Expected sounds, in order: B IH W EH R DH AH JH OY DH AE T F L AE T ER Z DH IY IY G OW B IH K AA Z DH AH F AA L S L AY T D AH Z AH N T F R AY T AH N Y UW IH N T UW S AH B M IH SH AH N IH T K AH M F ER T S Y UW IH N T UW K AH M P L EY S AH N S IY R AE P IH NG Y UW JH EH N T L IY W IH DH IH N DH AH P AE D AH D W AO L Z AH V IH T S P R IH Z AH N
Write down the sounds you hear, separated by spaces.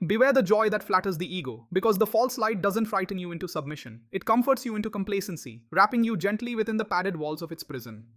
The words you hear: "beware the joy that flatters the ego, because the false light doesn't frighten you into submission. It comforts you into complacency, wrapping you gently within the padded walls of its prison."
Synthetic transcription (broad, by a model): B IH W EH R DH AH JH OY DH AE T F L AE T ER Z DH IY IY G OW B IH K AA Z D AH F AA L S L AY T D AH Z AH N T F R AY T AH N Y UW IH N T UW S AH B M IH SH AH N IH T K AH M F ER T S Y UW IH N T UW K AH M P L EY S AH N S IY R AE P IH NG Y UW JH EH N T L IY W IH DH IH N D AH P AE D AH D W AO L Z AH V IH T S P R IH Z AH N